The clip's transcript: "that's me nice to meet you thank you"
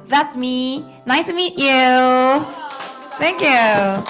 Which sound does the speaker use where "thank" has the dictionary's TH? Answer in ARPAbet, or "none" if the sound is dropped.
TH